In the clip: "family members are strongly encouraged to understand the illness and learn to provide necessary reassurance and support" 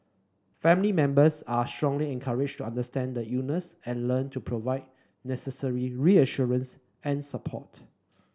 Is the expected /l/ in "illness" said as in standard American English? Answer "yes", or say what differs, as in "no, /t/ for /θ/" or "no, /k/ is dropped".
no, /l/ is dropped